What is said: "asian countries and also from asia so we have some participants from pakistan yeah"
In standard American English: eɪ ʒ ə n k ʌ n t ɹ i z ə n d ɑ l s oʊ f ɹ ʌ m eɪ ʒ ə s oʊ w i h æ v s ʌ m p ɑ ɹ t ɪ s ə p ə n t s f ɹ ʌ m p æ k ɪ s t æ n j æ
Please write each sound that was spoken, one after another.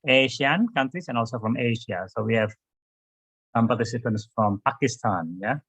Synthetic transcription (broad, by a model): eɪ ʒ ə n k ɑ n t i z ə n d ɑ l s oʊ f ɹ ʌ m eɪ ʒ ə s oʊ w i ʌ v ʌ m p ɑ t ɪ s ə p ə n t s f ɹ ʌ m p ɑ k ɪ s t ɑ n j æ